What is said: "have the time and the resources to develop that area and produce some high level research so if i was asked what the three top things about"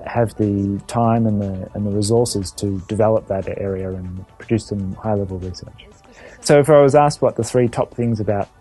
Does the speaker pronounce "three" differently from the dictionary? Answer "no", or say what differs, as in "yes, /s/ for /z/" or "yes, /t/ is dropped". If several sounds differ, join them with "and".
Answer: no